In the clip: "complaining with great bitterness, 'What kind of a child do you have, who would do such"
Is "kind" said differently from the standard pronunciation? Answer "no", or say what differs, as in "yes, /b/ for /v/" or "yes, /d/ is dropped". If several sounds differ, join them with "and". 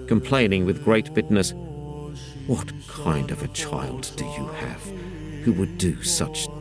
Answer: no